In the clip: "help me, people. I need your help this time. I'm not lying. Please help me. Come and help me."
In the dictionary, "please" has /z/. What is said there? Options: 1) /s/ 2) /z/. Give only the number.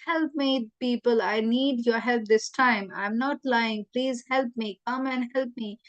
2